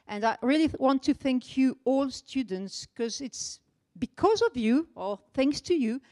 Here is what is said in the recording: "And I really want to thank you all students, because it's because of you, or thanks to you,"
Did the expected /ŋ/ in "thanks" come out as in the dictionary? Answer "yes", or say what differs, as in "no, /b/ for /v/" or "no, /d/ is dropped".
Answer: yes